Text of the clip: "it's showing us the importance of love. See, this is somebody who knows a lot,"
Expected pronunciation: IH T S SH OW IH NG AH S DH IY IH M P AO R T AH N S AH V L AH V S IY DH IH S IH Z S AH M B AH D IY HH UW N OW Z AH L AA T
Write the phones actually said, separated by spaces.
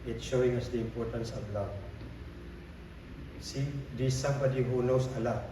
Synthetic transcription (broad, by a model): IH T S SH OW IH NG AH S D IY IH M P AO R T AH N S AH B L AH S IY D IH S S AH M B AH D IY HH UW N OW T AH L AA